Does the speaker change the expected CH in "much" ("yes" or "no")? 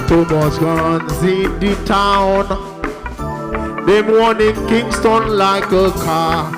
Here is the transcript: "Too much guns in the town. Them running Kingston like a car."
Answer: yes